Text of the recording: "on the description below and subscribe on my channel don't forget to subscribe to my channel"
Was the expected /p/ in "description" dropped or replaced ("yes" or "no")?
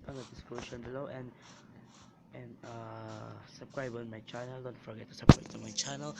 yes